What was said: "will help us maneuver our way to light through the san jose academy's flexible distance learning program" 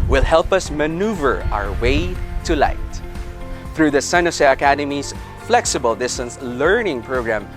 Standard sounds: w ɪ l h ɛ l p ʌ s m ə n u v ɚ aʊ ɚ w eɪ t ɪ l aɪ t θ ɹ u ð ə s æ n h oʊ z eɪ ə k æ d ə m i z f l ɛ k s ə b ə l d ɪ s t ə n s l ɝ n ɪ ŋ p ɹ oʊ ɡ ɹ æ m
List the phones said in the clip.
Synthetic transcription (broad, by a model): w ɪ l h ɛ l p ʌ s m ə n u v ɚ aʊ ɚ w eɪ t ɪ l aɪ t θ ɹ u ð ə s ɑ n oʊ s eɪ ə k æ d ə m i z f l ɛ k s ə b ə l d ɪ s t ə n s l ɝ n ɪ ŋ p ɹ oʊ ɡ ɹ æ m